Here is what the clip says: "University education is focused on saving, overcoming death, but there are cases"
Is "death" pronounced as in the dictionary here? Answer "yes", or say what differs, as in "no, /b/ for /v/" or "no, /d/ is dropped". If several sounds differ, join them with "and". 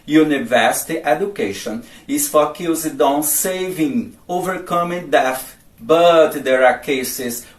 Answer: no, /f/ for /θ/